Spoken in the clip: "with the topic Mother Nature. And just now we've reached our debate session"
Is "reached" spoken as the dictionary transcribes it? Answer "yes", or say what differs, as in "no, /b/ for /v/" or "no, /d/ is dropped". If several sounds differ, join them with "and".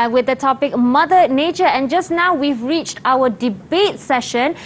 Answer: yes